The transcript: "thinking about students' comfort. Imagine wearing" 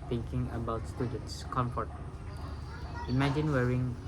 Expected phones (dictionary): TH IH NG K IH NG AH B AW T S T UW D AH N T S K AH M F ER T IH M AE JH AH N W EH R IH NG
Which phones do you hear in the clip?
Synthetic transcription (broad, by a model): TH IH NG K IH NG AH B AW T S T UW D AH N T S K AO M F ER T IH M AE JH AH N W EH R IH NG